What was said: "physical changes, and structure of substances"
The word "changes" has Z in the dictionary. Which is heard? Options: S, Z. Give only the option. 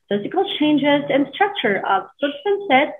Z